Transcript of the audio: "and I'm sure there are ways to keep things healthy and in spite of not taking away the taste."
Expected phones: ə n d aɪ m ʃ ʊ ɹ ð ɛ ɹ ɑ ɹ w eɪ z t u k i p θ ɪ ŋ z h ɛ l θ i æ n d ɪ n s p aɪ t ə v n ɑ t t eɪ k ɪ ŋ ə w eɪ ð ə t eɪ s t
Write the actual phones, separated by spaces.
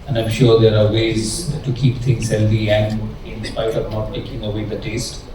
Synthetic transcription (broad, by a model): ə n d aɪ m ʃ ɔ ɹ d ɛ ɹ ɑ ɹ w eɪ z t u k i p t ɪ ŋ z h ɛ l f i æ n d ɪ n s p aɪ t ə v n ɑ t t eɪ k ɪ ŋ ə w eɪ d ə t eɪ s t